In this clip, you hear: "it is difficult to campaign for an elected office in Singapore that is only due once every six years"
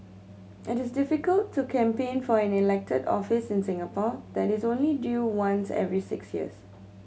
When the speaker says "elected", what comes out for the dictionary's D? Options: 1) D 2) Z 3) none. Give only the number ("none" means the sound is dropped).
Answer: 1